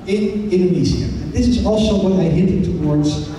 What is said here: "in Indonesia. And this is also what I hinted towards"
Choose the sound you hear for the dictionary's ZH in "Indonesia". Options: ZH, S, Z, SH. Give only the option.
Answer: Z